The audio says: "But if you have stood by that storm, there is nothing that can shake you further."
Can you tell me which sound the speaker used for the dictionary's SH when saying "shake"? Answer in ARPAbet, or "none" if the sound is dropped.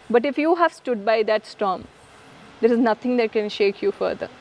SH